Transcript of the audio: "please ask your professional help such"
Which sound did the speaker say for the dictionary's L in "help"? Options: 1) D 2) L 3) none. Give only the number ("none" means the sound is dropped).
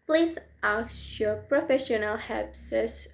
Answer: 3